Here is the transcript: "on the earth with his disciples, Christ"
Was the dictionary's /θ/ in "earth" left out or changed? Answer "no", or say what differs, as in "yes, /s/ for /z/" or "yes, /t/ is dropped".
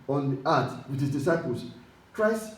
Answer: yes, /t/ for /θ/